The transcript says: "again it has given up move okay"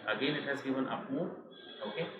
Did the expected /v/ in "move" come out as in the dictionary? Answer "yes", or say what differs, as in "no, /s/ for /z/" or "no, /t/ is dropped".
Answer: no, /v/ is dropped